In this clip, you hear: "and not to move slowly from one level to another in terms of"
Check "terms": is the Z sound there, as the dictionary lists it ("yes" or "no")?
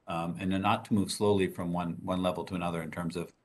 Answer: yes